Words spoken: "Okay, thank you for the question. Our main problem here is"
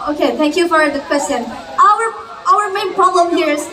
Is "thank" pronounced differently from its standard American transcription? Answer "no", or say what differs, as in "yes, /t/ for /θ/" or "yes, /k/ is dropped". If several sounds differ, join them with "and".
no